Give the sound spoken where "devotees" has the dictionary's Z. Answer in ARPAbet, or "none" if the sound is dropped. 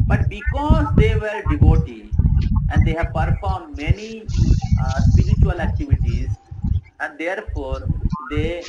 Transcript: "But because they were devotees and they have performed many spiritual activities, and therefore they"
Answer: none